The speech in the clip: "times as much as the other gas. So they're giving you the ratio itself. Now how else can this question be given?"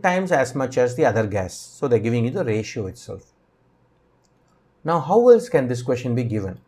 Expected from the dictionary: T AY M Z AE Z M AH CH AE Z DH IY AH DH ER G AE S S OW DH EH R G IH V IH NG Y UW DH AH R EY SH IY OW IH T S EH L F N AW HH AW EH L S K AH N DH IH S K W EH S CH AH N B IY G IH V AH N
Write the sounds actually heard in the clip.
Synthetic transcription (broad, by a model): T AY M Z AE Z M AH CH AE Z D IY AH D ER G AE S S OW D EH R G IH V IH NG Y UW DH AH R EY SH IY OW IH T S EH L F N AW HH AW EH L S K AH N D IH S K W EH S CH AH N B IY G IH V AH N